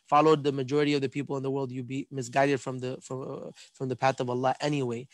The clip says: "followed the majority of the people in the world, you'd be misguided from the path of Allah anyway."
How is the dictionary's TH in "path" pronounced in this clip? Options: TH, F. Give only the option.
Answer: TH